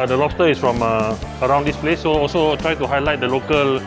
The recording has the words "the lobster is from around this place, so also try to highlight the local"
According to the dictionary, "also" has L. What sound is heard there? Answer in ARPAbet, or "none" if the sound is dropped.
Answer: L